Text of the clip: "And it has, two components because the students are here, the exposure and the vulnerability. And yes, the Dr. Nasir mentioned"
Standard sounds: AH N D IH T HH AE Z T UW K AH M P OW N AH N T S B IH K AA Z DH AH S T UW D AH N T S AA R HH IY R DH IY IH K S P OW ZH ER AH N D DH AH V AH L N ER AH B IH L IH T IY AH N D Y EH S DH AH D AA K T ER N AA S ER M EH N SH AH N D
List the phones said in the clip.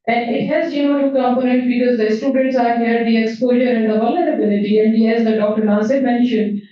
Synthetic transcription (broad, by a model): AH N D IH T HH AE Z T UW K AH M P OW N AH N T B IH K AA Z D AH S T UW D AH N T S AA R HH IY R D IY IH K S P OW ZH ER AH N D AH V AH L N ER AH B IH L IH T IY AH N D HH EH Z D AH D AA K T ER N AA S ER M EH N SH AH N D